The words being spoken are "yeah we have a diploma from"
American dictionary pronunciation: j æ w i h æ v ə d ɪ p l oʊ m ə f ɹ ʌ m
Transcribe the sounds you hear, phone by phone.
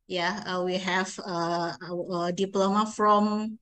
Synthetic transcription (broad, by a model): j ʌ w i h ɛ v ə d ɪ p l oʊ m ə f ɹ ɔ m